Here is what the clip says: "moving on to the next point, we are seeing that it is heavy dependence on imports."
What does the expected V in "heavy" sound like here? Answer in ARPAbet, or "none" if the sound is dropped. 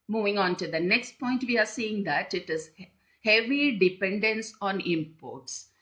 V